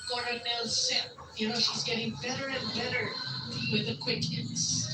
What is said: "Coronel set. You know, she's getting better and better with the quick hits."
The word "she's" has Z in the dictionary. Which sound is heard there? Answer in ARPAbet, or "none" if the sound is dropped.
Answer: Z